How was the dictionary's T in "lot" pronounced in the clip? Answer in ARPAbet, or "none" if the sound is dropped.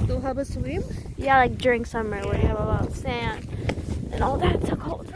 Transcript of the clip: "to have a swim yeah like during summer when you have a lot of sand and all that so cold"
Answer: none